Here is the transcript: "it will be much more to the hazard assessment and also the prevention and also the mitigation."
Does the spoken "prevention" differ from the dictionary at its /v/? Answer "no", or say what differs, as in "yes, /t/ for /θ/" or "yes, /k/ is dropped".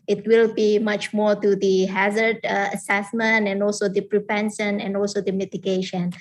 yes, /p/ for /v/